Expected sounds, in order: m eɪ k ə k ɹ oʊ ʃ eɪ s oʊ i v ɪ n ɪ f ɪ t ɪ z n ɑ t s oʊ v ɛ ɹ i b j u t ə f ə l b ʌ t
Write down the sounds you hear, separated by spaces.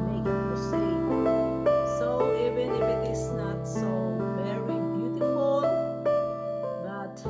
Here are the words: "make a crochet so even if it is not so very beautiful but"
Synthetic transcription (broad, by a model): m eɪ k ə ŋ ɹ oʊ s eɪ s oʊ i v ɪ n ɪ f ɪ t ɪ s n ɑ t s oʊ v ɛ ɹ i b j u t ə f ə l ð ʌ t